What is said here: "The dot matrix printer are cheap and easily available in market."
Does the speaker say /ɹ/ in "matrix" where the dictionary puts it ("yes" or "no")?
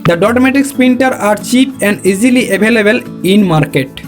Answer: no